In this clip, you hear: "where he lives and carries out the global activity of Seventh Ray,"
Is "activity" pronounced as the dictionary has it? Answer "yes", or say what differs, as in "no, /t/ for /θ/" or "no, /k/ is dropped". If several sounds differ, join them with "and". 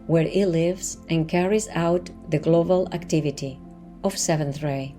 yes